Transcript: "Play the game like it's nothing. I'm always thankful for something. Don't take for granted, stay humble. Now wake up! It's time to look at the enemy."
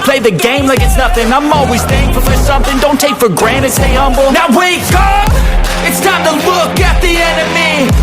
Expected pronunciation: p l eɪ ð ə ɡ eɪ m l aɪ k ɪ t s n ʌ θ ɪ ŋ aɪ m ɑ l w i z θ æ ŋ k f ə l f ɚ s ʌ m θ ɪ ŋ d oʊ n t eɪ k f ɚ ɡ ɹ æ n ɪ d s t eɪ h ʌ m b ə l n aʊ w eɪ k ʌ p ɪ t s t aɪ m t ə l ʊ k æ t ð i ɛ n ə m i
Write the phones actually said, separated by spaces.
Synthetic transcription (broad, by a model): p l eɪ ð ə ɡ eɪ m l aɪ k ɪ t s n ʌ θ ɪ ŋ aɪ m ɑ l w i z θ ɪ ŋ f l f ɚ s ʌ m θ ɪ ŋ d oʊ n t eɪ k f ɚ ɡ ɹ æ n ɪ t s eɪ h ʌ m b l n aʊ w eɪ k ʌ p ɪ t s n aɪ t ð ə l ʊ k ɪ t ð i ɛ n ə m i